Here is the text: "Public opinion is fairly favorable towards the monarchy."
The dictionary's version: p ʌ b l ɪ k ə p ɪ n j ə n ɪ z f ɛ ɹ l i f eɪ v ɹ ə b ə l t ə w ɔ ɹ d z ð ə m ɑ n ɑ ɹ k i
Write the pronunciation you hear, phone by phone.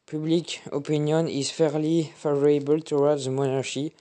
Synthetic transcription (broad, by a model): p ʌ b l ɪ k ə p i n j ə n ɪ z f ɛ ɹ l i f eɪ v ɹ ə b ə l t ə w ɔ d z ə m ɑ n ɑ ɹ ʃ i